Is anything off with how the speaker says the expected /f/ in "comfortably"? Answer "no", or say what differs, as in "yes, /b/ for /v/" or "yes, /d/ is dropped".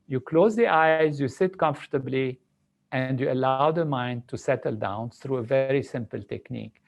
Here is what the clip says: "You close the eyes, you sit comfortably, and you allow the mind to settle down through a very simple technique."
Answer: no